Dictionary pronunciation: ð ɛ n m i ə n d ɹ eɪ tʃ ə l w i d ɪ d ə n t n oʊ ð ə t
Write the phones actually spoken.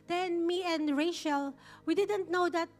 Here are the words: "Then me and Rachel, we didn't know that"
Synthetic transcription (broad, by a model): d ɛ n m i ə n d ɹ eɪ ʃ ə l w i d ɪ d ə n t n oʊ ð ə t